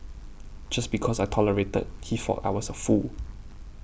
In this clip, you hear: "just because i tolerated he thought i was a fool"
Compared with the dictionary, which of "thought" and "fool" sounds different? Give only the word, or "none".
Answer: thought